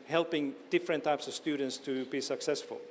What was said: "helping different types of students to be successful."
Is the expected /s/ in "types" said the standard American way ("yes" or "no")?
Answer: yes